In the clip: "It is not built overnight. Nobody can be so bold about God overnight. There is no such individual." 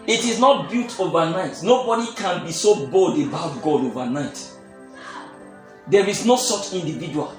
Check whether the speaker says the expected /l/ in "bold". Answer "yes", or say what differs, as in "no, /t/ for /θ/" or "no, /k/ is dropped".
yes